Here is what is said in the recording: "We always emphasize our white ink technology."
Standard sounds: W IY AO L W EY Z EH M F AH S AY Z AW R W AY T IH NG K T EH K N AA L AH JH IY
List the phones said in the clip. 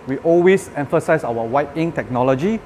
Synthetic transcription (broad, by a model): W IY AO L W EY S EH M F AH S AY S AW W W AY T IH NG T EH K N AA L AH JH IY